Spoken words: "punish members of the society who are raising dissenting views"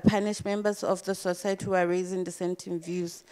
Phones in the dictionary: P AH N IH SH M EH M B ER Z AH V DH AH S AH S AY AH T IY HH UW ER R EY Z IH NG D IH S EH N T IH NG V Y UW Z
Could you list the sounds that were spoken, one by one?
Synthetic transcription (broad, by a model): P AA N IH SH M EH M B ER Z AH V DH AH S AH S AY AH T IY HH UW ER R EY Z IH NG D IH S EH N T IH NG V Y UW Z